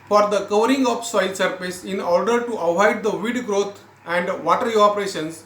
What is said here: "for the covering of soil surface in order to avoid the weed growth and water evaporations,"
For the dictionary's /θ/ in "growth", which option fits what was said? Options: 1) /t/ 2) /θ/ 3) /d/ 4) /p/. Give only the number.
1